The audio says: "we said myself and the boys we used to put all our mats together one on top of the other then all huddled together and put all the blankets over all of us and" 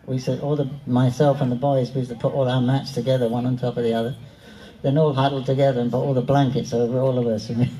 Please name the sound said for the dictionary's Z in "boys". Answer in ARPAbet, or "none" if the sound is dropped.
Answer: Z